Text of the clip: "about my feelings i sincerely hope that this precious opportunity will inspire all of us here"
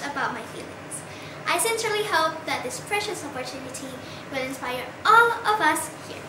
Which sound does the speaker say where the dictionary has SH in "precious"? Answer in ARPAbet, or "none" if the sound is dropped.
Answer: SH